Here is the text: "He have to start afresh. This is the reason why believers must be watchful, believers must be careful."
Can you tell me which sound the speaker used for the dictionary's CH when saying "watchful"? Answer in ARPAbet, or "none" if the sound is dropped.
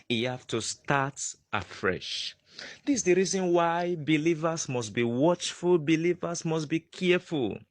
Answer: CH